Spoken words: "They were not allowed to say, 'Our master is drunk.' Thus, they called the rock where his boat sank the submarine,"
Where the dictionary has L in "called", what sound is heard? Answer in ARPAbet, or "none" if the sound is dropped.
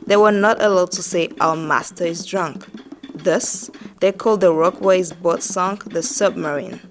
L